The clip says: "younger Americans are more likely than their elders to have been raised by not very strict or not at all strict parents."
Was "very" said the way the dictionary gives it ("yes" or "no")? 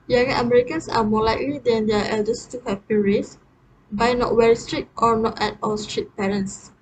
no